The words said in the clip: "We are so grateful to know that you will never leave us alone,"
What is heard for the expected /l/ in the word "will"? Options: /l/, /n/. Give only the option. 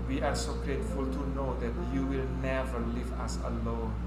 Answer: /l/